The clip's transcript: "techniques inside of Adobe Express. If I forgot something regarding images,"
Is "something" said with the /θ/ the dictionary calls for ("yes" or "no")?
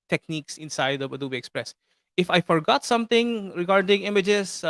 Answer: no